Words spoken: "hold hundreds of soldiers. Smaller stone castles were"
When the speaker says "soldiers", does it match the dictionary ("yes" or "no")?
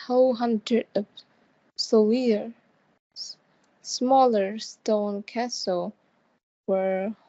no